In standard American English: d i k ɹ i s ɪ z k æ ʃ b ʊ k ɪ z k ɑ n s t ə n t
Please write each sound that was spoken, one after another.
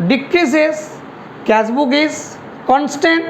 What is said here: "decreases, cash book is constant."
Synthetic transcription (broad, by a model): d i k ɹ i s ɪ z k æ s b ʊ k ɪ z k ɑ n s t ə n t